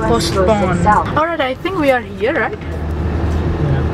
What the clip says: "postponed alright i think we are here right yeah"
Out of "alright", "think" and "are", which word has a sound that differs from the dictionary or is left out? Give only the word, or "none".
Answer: none